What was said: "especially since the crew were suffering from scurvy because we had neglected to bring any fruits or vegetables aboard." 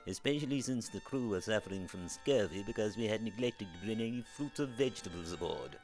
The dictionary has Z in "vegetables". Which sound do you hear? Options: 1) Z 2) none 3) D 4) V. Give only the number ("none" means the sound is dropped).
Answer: 1